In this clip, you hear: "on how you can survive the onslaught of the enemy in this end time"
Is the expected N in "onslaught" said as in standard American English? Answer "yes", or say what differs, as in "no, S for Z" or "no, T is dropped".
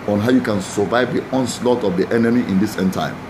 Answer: yes